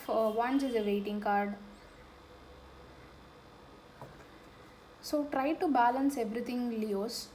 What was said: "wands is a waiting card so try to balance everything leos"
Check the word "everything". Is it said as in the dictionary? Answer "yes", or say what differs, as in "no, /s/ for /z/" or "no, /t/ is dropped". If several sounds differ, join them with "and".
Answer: no, /t/ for /θ/